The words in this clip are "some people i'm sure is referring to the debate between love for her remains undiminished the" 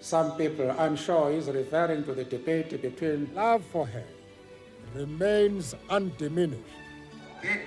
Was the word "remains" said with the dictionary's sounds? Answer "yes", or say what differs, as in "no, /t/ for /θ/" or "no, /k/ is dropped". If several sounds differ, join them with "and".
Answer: yes